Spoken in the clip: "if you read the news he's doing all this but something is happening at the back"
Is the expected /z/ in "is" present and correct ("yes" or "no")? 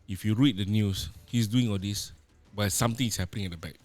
no